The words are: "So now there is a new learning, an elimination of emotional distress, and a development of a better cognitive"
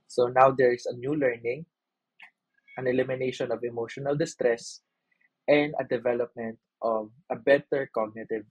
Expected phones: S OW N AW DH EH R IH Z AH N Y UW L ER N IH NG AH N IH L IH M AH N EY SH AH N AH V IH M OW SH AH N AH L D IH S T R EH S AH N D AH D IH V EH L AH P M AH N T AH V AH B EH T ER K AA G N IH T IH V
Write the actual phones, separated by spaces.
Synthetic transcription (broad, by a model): S OW N AW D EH R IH S AH N Y UW L ER N IH NG AH N IH L IH M AH N EY SH AH N AH V IH M OW SH AH N AH L D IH S T R EH S AH N D AH D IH V EH L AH P M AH N T AH V AH B EH T ER K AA G N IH T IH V